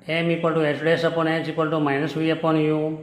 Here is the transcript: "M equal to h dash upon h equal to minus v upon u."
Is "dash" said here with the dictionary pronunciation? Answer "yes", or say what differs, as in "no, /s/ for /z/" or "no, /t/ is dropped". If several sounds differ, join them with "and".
no, /s/ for /ʃ/